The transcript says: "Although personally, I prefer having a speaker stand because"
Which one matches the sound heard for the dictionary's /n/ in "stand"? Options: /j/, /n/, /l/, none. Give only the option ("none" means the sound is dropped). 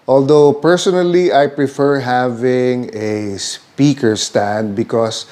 /n/